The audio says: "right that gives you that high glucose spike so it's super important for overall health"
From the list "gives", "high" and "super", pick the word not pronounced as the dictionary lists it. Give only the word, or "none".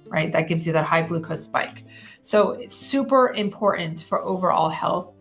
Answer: none